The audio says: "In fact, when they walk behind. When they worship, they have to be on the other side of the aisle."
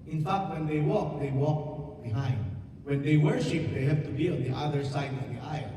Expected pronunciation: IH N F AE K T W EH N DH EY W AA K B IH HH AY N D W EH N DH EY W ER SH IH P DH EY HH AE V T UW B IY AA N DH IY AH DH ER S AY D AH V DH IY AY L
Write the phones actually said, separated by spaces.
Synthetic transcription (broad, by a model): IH N F AE K T W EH N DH EY W AA K B IH HH AY N D W EH N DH EY W ER SH IH P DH EY HH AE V T UW B IY AA N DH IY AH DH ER S AY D AH V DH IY AY